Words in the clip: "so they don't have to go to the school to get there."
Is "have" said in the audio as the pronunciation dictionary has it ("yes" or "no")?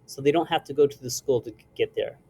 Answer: no